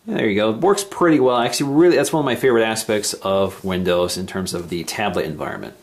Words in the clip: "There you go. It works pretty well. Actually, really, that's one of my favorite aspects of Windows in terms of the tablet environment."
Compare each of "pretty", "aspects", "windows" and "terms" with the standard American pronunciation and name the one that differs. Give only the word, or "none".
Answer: none